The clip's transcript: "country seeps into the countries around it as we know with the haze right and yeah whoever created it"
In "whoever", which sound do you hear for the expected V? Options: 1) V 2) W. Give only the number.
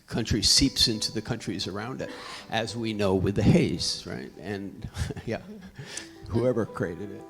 1